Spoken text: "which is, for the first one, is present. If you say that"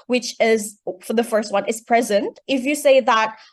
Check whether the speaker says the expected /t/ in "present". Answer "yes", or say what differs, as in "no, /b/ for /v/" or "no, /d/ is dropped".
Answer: yes